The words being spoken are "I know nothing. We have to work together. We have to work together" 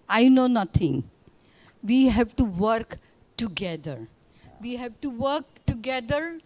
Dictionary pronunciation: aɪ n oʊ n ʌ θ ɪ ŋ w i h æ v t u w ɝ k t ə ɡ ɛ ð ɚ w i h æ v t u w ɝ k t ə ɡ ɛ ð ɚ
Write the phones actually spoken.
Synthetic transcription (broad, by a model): aɪ n oʊ n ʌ t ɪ ŋ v i h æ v t u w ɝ k t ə ɡ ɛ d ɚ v i h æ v t u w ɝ k t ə ɡ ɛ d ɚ